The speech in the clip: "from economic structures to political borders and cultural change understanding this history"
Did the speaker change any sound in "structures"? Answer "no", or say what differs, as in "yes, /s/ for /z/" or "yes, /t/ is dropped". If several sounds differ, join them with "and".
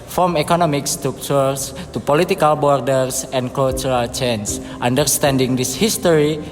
yes, /s/ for /z/